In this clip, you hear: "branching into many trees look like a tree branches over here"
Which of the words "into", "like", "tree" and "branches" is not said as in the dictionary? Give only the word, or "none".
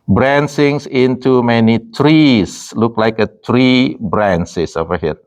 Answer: branches